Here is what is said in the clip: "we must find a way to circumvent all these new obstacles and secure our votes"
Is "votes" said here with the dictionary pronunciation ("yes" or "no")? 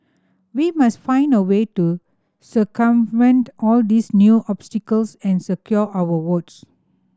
no